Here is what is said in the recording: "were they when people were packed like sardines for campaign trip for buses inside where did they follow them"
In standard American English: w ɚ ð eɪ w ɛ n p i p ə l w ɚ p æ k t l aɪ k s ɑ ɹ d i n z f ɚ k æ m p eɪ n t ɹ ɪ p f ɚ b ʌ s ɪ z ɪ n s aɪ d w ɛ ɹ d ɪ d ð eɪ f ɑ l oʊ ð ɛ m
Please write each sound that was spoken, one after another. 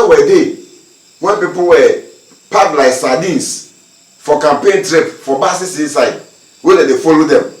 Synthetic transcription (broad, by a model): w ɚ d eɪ w ɛ n p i p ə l w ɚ p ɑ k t l aɪ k s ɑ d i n s f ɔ k æ m p eɪ n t ɹ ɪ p f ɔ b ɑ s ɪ s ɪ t s aɪ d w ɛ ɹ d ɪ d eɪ f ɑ l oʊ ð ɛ m